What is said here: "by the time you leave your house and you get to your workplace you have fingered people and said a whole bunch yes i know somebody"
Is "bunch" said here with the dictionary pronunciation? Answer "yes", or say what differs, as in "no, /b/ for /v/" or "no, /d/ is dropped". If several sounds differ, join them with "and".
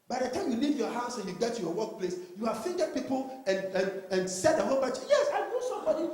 no, /n/ is dropped